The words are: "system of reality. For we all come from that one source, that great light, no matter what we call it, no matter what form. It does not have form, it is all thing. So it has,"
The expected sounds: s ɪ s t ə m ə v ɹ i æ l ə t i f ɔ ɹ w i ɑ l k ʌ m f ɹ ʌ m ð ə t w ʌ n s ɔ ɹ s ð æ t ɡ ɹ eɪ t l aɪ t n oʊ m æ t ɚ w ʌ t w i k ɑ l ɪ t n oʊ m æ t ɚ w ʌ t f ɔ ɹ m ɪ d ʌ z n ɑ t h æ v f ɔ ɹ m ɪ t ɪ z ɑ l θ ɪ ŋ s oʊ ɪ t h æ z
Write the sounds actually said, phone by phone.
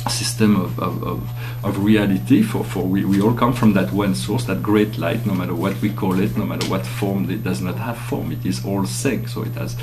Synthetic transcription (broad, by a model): s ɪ s t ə m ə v ɹ i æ l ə t i f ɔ ɹ w i ɑ l k ʌ m f ɹ ʌ m ð ə t w ʌ n s ɔ ɹ s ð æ t ɡ ɹ eɪ t l aɪ t n oʊ m æ t ɚ w ʌ t w i k ɑ l ɪ t n oʊ m æ t ɚ w ʌ t f ɔ ɹ m ɪ d ʌ z n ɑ t h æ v f ɔ ɹ m ɪ t ɪ z ɑ l s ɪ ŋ s oʊ ɪ t h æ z